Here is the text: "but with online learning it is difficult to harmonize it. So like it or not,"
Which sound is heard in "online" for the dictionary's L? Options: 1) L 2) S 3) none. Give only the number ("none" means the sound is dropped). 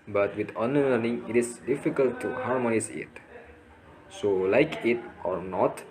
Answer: 3